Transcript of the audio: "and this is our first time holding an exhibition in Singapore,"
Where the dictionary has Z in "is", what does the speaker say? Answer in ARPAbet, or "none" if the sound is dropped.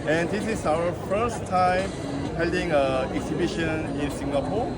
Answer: S